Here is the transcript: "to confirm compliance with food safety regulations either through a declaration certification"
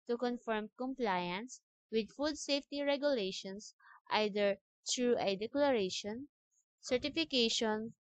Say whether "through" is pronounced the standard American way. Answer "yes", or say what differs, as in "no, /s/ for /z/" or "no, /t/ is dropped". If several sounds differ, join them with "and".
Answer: no, /t/ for /θ/